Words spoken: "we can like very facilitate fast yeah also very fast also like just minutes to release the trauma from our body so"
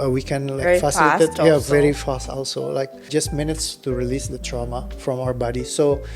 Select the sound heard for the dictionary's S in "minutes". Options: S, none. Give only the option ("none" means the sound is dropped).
S